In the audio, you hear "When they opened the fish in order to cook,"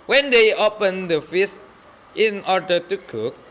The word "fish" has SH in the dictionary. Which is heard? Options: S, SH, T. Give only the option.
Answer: S